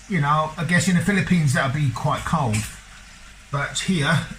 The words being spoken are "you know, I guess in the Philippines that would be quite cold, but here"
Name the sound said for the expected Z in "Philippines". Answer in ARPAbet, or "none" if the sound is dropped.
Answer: Z